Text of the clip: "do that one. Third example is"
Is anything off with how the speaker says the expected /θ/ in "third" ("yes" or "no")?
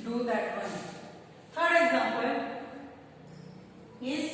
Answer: yes